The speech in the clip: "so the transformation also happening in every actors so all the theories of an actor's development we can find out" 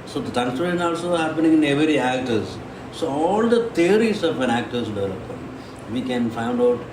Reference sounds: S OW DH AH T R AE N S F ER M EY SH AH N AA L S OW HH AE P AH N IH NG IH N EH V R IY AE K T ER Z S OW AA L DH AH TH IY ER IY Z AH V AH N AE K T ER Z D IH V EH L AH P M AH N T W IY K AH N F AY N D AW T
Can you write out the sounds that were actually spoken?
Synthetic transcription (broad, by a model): S OW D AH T AA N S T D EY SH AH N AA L S OW HH AE P AH N IH NG IH N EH V R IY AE K T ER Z S OW AA L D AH T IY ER IY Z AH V AH N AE K T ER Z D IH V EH L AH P AH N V IY K AH N F AY N D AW T